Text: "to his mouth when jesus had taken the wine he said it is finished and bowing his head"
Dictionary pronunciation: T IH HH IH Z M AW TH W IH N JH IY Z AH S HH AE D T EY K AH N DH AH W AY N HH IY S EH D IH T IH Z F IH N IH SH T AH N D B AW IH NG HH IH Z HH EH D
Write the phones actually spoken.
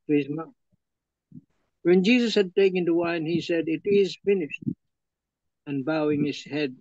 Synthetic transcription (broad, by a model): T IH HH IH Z M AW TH W IH N JH IY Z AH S HH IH D T EY K AH N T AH W AY N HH IY S EH D IH T IH Z F IH N IH SH T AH N B AW IH NG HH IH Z HH EH D